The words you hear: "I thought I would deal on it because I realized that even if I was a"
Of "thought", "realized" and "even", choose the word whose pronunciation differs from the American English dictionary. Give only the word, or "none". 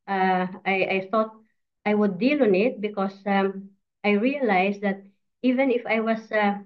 realized